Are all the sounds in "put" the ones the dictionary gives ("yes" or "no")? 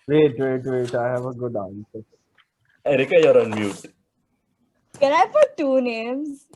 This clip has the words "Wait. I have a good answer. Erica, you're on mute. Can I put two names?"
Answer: no